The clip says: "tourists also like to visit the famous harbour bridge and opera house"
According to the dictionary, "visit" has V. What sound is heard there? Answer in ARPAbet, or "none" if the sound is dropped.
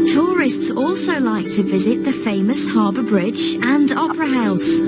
V